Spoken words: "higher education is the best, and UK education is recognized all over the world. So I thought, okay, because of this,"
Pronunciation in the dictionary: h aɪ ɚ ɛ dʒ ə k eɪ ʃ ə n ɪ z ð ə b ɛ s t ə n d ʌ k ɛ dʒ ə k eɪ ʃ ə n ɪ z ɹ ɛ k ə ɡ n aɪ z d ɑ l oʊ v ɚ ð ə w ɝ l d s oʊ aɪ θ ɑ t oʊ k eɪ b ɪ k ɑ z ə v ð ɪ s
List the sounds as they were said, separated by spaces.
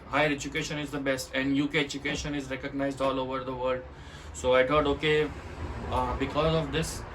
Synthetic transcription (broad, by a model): h aɪ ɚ ɛ dʒ ə k eɪ ʃ ə n ɪ z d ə b ɛ s t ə n d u k ɛ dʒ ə k eɪ ʃ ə n ɪ z ɹ ɛ k ə ɡ n aɪ z d ɑ l oʊ v ɚ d ə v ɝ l d s oʊ aɪ t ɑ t oʊ k eɪ b ɪ k ɑ z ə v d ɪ s